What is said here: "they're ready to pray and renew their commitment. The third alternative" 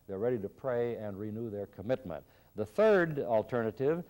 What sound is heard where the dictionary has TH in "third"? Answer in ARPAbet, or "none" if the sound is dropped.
TH